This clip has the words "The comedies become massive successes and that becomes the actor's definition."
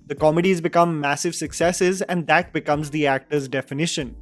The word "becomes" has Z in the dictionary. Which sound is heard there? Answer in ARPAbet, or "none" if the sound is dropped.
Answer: Z